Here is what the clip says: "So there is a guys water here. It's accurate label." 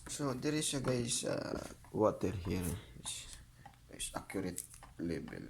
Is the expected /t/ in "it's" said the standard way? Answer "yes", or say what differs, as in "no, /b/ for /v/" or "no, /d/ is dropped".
no, /s/ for /t/